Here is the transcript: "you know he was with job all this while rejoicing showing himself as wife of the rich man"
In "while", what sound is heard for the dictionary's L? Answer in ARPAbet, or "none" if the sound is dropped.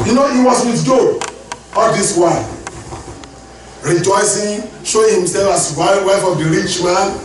N